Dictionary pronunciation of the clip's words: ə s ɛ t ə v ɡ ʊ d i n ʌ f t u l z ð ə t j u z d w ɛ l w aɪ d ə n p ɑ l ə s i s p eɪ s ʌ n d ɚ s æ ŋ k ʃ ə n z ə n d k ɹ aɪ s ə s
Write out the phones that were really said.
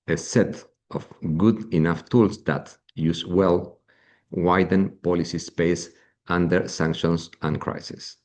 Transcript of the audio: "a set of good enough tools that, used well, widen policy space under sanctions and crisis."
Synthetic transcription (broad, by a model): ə s ɛ t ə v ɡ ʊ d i n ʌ f t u l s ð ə t j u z w ɛ l w aɪ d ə n p ɑ l ə s i s p eɪ s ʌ n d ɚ s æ ŋ k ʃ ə n s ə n k ɹ aɪ s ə s